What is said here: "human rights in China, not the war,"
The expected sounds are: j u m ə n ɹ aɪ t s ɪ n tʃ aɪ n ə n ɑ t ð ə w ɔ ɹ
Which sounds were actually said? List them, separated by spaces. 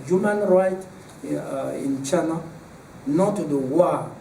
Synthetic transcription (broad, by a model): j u m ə n ɹ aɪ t ɪ n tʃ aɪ n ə n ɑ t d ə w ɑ